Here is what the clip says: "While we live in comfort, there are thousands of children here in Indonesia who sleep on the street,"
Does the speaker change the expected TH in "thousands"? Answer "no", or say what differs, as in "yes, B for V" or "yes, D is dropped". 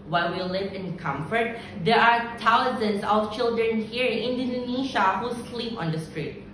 yes, T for TH